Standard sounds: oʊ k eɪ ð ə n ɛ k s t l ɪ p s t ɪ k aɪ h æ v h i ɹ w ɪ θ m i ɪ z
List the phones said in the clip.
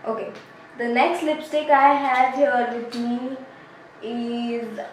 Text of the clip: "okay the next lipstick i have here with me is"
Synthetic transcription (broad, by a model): oʊ k eɪ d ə n ɛ k s t l ɪ p s t ɪ k aɪ h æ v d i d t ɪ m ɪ z